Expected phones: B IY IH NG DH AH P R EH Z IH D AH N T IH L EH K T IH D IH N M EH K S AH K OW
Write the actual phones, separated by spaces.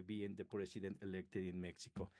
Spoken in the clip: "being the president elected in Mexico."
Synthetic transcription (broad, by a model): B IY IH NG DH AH P R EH S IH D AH N T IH L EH K T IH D IH N M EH K S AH K OW